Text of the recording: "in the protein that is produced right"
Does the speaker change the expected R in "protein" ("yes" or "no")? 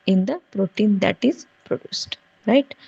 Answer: no